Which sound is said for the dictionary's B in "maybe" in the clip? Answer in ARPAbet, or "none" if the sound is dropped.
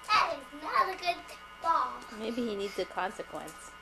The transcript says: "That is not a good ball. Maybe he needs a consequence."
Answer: B